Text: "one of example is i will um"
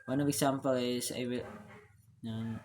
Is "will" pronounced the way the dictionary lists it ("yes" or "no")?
no